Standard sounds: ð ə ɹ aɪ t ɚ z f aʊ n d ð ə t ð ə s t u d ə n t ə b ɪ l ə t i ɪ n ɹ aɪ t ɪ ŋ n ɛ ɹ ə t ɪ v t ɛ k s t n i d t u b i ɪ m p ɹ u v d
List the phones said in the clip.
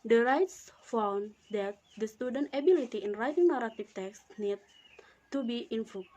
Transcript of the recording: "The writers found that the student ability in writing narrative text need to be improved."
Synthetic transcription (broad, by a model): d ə ɹ aɪ t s f aʊ n d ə t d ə s t u d ə n t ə b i l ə t i ɪ n ɹ aɪ t ɪ ŋ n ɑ ɹ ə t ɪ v t ɛ k s t n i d t u b i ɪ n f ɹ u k